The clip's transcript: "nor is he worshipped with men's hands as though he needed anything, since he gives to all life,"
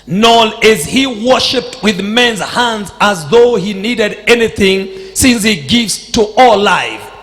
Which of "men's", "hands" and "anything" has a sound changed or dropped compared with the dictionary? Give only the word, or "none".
none